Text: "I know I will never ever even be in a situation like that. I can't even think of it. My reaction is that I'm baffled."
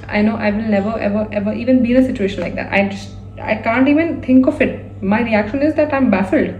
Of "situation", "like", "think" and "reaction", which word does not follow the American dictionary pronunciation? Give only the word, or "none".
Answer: think